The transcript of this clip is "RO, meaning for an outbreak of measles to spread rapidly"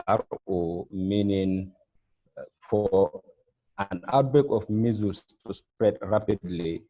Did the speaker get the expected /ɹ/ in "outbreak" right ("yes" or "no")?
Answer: no